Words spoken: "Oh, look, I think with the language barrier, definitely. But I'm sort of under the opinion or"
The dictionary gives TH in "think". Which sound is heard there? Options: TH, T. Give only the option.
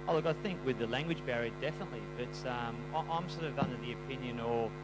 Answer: TH